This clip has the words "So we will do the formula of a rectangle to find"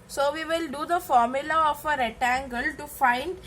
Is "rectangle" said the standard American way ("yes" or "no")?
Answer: no